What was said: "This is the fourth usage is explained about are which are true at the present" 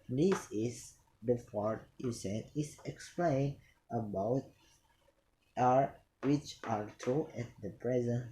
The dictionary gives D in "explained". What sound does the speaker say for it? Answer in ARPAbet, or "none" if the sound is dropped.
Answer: none